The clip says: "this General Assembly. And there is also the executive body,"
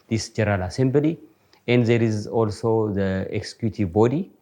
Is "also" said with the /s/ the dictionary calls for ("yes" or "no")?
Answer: yes